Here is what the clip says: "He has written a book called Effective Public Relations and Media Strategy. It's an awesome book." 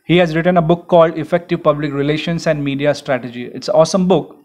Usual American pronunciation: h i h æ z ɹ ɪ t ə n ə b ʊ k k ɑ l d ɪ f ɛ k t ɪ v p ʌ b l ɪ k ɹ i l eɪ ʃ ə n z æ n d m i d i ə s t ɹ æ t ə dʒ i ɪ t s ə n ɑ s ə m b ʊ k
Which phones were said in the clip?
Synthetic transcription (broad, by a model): h i h æ z ɹ ɪ t ə n ə b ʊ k k ɑ l d ɪ f ɛ k t ɪ v p ʌ b l ɪ k ɹ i l eɪ ʃ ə n s æ n d m i d i ə s t ɹ æ t ə dʒ i ɪ t s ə ɑ s ə m b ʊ k